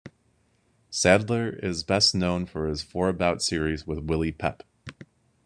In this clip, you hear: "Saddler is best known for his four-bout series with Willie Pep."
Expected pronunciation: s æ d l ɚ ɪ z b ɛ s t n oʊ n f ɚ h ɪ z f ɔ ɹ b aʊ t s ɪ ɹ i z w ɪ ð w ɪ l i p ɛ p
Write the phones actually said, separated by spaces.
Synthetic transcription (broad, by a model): s æ d l ɚ ɪ z b ɛ s t n oʊ n f ɚ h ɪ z f ɔ ɹ b aʊ t s ɪ ɹ i z w ɪ ð w ɪ l i p ɛ p